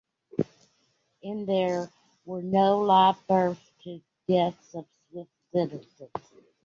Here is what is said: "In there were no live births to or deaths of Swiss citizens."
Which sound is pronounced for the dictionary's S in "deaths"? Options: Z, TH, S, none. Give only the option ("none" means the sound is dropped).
S